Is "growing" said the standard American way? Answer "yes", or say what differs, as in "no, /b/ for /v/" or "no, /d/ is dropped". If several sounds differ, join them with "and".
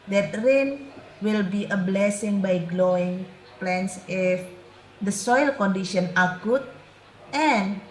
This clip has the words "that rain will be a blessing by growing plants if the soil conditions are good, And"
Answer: no, /l/ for /ɹ/